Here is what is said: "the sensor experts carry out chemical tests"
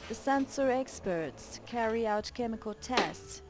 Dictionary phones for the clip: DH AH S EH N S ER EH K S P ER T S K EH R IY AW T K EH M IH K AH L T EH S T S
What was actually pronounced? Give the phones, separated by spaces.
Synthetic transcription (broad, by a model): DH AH S EH N S ER EH K S P ER T S K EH R IY AW T K EH M IH K AH L T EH S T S